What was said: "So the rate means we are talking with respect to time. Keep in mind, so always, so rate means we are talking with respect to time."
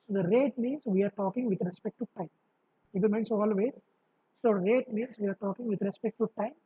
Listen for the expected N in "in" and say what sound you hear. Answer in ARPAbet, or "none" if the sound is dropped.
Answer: L